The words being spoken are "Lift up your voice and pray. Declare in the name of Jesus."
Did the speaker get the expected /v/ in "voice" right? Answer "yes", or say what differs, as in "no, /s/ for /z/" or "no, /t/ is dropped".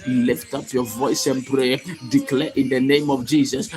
yes